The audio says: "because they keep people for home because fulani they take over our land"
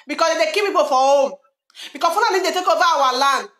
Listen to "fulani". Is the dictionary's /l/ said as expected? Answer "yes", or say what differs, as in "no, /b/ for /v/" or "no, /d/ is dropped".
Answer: no, /n/ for /l/